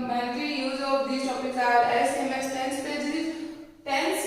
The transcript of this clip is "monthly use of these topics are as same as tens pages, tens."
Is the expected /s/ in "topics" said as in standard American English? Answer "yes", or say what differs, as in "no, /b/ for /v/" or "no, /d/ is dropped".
no, /s/ is dropped